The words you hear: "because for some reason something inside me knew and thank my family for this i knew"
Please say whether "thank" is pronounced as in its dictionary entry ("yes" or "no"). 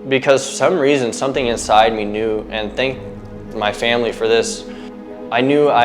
yes